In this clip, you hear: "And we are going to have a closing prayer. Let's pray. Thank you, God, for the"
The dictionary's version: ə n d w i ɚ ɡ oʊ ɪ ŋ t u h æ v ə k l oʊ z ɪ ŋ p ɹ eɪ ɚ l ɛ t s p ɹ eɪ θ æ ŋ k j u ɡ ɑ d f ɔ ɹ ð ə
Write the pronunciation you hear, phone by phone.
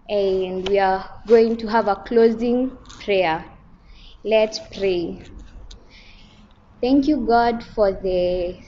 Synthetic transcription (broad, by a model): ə n d w i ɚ ɡ oʊ ɪ ŋ t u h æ v ə k l oʊ z ɪ ŋ p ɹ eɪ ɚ l ɛ t s p ɹ eɪ θ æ ŋ k j u ɡ ɑ d f ɔ ɹ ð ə